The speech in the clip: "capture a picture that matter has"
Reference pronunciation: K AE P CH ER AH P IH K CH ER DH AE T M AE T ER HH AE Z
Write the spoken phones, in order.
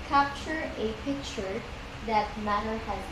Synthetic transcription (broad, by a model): K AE P CH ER AH P IH K CH ER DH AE T M AE T ER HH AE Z